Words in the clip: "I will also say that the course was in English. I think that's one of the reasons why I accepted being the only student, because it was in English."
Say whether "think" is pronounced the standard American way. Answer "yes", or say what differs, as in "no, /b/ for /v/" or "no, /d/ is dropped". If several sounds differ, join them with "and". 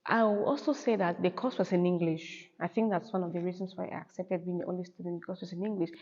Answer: yes